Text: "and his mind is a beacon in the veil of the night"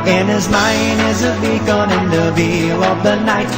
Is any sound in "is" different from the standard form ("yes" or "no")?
no